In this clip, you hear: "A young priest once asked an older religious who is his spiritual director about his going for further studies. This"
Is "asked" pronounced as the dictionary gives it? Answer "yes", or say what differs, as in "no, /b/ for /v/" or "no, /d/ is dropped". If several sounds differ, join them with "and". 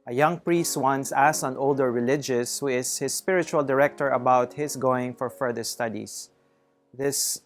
no, /t/ is dropped